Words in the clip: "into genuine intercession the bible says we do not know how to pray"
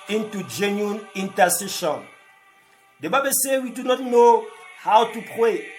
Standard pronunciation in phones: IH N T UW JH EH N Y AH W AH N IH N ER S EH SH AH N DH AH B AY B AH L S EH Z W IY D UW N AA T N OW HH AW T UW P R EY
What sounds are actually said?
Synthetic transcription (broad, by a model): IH N T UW JH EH N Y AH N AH N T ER S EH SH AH N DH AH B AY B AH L S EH W IY D UW N AA T N OW HH AW T UW P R EY